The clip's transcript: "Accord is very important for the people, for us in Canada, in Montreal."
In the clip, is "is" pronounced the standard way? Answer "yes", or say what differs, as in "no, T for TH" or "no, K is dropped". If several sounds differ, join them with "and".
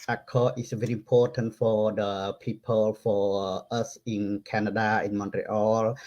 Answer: no, S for Z